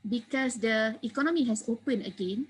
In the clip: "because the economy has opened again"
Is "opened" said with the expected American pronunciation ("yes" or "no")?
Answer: no